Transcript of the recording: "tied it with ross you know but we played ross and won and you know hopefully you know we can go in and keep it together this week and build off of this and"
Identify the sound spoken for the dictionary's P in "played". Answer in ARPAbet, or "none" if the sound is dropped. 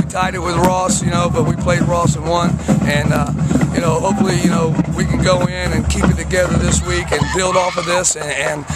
P